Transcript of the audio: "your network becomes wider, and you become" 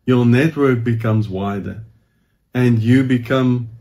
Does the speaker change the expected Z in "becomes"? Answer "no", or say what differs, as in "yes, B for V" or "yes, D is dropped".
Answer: no